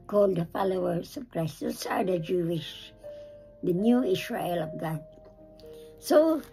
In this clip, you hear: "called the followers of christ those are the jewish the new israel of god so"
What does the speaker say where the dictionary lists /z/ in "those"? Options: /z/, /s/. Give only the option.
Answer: /s/